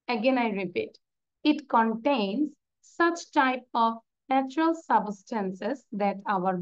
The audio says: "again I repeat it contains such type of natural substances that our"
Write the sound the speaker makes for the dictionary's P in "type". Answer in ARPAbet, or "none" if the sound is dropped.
P